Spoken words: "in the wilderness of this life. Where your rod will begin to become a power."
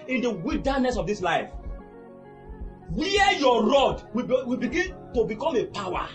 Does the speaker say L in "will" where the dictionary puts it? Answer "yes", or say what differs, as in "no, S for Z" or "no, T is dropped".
no, W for L